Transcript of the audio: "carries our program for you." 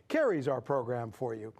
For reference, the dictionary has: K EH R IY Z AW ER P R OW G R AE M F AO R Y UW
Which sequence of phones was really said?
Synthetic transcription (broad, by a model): K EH R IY Z AW ER P R OW G R AE M F AO R Y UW